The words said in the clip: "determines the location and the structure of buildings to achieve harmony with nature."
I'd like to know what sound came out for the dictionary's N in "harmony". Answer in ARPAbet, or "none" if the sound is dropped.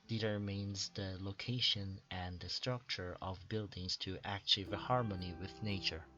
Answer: N